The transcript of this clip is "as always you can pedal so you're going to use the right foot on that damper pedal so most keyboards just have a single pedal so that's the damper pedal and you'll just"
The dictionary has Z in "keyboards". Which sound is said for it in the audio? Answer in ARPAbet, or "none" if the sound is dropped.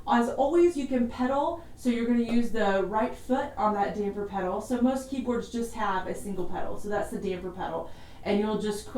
Z